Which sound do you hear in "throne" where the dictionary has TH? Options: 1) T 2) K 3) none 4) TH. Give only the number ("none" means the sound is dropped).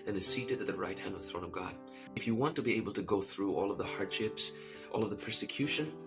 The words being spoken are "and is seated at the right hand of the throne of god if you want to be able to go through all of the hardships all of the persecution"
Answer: 4